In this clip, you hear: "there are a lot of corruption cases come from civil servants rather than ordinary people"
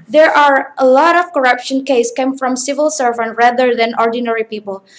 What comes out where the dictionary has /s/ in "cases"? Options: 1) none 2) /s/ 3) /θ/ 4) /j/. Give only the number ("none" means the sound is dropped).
1